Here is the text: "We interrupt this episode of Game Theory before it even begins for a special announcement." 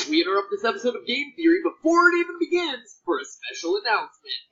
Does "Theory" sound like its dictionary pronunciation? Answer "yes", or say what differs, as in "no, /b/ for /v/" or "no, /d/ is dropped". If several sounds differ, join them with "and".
yes